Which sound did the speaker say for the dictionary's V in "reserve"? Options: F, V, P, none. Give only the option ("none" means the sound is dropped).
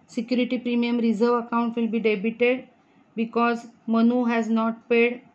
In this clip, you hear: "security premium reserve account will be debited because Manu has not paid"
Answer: V